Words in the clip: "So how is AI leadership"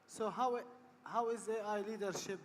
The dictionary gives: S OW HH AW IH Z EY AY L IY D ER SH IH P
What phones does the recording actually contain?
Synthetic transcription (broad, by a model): S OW HH AW IH Z EY AY L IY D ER SH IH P